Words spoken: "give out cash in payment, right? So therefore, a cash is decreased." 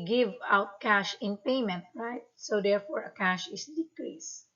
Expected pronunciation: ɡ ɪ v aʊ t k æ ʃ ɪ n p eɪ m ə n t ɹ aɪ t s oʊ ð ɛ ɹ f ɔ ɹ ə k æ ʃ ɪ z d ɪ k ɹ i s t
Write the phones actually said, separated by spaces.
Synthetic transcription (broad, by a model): ɡ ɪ v aʊ t k æ ʃ ɪ n p eɪ m ə n t ɹ aɪ t s oʊ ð ɛ ɹ f ɔ ɹ ə k æ ʃ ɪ s d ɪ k ɹ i s